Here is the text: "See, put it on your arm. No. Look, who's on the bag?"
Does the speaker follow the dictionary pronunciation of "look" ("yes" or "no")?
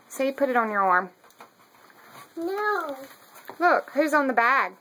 yes